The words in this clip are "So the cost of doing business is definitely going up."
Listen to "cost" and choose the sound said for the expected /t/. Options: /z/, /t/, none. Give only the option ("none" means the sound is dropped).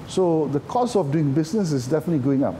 none